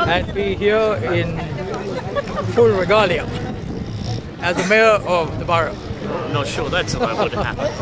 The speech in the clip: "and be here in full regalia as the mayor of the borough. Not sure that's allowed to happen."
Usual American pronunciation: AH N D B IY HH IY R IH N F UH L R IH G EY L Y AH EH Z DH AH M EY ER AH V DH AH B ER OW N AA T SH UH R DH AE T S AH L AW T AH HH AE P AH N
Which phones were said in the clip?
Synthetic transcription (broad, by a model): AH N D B IY HH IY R IH N F UH L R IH G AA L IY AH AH Z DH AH M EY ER AH V DH AH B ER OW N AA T SH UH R DH AE T S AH AW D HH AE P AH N